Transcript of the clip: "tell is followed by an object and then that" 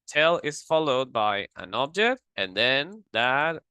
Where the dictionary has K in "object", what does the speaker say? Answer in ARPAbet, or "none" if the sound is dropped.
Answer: K